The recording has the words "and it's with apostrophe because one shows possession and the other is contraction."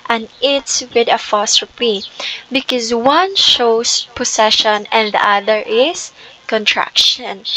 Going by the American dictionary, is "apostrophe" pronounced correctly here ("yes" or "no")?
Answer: no